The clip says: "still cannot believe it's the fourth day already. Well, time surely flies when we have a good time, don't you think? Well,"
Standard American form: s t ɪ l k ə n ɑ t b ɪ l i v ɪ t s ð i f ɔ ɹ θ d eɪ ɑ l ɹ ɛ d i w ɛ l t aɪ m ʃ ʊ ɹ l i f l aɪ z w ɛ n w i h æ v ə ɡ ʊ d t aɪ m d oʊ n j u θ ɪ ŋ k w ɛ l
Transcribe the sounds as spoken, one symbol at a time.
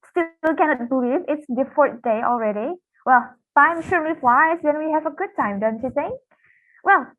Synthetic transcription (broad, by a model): s t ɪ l k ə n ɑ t b ɪ l i v ɪ t s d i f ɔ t d eɪ ɑ l ɹ ɛ d i w ɛ l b aɪ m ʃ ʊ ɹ n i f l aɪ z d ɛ n w i h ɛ v ə ɡ ʊ d t aɪ m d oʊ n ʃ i s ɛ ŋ w ɛ l